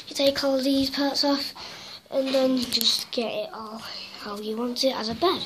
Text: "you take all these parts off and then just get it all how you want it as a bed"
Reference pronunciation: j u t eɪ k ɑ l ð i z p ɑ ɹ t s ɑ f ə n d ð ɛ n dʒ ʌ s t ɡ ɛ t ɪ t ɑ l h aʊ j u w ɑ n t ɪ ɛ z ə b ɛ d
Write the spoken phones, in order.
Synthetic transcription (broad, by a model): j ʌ t eɪ k ɑ l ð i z p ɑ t s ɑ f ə n ð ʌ n dʒ ʌ s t ɡ ɛ t ɪ t ɑ l h aʊ j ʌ w ɑ n t ɪ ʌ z ə b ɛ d